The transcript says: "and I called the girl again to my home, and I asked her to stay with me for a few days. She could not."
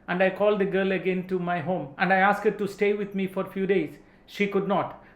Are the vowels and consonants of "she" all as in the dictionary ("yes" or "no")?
yes